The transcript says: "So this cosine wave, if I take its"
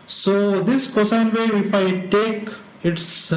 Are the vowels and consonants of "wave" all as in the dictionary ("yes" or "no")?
no